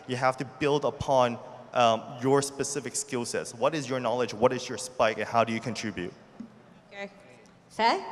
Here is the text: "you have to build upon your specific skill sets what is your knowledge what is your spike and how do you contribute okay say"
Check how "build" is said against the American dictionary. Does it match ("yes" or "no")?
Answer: yes